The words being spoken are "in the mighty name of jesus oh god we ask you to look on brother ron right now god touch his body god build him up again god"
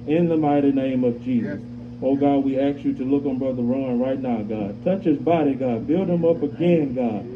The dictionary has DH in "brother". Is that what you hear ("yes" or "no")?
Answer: yes